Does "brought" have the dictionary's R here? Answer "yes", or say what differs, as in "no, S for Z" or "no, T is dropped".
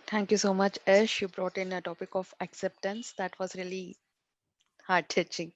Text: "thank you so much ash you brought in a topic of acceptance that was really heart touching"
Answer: yes